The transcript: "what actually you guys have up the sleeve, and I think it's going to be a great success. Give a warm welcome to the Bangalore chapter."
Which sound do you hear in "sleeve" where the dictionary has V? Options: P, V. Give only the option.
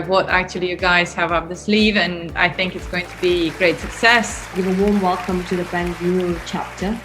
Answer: V